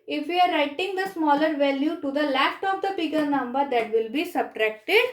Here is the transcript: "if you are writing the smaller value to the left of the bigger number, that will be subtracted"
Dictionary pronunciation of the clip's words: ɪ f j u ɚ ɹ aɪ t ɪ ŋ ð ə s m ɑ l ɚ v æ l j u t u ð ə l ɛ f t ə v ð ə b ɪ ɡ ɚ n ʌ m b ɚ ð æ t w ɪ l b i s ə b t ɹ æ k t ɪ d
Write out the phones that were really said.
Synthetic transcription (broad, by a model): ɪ f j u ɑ ɹ aɪ t ɪ ŋ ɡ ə s m ɑ l ɚ v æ l j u t u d ə l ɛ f t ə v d ə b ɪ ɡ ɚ n ʌ m b ɚ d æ t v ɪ l b i s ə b t ɹ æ k t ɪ d